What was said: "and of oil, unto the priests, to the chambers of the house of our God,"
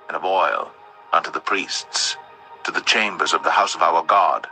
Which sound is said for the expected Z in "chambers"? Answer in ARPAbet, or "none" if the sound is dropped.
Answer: Z